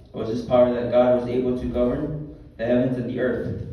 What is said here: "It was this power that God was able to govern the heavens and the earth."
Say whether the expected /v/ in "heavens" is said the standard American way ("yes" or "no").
yes